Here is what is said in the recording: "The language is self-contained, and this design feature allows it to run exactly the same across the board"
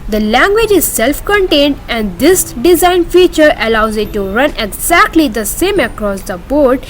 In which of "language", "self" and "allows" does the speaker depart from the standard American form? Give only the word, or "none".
none